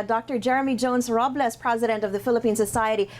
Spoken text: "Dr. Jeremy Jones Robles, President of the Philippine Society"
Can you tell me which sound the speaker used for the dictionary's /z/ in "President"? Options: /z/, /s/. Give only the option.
/z/